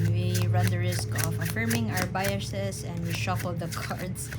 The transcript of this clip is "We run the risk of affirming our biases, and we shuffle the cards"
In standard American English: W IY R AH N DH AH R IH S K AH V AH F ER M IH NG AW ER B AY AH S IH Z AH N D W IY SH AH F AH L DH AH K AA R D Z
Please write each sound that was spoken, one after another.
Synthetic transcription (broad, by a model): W IY R AH N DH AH R IH S K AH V AH F ER M IH NG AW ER B AY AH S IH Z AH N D W IY SH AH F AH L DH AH K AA R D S